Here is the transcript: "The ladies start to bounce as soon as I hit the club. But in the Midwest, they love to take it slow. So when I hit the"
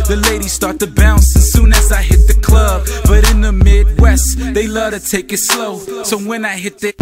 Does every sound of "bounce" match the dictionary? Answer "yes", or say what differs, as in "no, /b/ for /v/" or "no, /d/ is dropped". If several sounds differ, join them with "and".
yes